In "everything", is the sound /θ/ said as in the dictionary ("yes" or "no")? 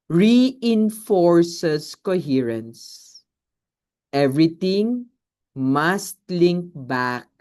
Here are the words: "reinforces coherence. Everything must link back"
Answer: no